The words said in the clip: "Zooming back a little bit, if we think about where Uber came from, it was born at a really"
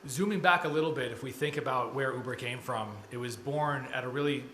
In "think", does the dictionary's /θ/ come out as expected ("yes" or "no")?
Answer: yes